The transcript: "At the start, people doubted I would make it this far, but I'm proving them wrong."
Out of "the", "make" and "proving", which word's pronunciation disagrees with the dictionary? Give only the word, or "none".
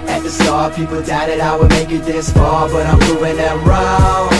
proving